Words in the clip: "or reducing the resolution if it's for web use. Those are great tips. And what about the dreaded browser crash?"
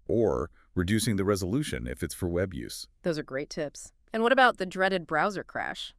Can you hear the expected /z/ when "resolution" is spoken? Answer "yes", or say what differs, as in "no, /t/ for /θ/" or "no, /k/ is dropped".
yes